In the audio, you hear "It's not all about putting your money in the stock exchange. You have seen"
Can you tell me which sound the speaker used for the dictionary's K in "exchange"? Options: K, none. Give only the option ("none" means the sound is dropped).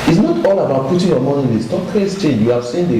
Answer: none